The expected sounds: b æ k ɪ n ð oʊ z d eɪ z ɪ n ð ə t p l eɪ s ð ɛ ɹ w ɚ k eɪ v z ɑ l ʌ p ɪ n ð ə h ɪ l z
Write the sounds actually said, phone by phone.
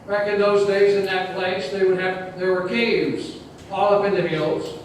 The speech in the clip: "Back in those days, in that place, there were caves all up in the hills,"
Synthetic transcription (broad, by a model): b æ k ɪ n ð oʊ z d eɪ z ɪ n ð ə t p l eɪ s ð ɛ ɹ w ɚ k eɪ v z ɑ l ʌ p ɪ n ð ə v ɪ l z